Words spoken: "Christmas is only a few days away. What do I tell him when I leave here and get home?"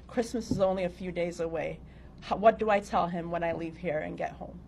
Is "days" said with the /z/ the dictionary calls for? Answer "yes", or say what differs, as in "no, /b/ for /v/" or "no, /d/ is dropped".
yes